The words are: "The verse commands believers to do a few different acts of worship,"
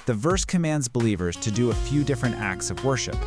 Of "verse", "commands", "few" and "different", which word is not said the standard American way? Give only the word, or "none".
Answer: none